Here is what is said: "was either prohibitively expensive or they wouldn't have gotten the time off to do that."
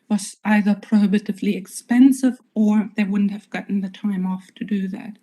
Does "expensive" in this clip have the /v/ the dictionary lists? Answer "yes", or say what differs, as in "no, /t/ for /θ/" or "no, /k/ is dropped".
yes